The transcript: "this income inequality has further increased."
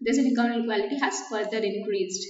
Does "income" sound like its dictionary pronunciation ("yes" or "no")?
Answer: no